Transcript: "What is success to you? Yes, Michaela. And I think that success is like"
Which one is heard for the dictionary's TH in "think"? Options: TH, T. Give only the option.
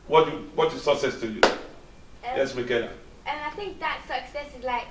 TH